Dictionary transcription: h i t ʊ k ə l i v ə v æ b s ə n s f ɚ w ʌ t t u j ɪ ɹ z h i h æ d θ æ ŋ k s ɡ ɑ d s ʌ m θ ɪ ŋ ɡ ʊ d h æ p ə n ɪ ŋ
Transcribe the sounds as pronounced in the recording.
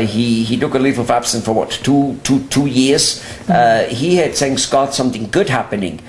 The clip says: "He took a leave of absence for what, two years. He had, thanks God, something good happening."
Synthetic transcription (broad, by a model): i i t ʊ k ə l i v ə v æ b s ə n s f ɚ w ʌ t t u j ɪ ɹ z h i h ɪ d s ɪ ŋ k s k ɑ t s ʌ m θ ɪ ŋ ɡ ʊ d h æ p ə n ɪ ŋ